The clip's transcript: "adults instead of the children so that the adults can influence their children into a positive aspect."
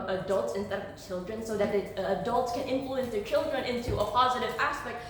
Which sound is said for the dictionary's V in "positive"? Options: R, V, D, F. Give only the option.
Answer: V